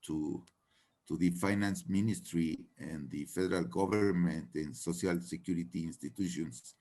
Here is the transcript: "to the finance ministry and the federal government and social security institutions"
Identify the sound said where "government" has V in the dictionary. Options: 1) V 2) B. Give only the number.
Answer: 2